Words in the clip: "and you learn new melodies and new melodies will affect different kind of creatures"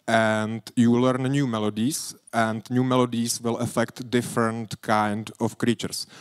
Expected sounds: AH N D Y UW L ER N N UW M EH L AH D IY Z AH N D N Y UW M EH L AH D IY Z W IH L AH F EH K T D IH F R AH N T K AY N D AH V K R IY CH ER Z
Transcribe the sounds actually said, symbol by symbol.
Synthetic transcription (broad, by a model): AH N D Y UW L ER N N UW M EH L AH D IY S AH N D N Y UW M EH L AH D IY S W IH L AH F EH K T D IH F R AH N T K AY N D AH F K R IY CH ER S